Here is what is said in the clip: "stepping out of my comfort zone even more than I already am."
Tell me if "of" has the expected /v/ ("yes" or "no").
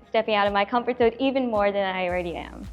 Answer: yes